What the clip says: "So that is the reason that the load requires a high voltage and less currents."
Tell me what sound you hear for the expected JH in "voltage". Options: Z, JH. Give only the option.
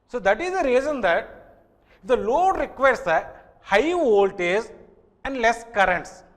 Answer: Z